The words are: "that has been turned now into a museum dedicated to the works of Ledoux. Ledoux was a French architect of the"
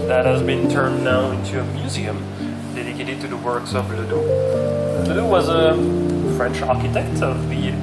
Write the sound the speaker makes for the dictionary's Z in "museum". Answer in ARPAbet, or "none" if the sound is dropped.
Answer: Z